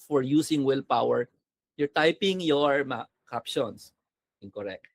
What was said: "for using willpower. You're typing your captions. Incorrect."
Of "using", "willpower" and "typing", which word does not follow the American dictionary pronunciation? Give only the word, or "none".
using